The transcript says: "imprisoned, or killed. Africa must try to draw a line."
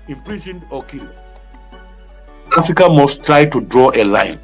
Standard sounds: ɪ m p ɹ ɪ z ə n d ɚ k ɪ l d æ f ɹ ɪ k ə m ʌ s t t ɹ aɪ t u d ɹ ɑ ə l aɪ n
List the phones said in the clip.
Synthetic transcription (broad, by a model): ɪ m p ɹ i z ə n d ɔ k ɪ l ɑ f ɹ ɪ k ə m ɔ s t t ɹ aɪ t u d ɹ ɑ ə l aɪ n